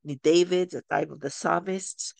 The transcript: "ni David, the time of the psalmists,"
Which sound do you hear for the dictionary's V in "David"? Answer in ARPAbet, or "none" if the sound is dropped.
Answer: V